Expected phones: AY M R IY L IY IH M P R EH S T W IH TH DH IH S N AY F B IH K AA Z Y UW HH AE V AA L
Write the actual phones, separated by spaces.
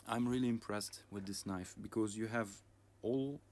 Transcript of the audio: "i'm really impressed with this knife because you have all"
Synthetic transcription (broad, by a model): AY M R IY L IY IH M P R EH S T W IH DH IH S N AY F B IH K AA Z Y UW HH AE V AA L